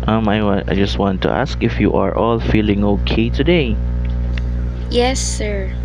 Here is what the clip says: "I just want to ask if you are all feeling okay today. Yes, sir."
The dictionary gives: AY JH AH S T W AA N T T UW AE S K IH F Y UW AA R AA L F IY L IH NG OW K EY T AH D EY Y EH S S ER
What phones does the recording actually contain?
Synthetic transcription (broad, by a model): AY JH AH S T W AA N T T UW AE S K IH F Y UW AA R AA L F IY L IH NG OW K EY T AH D EY Y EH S S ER